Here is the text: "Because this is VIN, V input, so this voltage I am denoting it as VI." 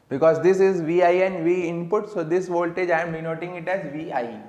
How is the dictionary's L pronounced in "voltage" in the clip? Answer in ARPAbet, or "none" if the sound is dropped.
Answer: L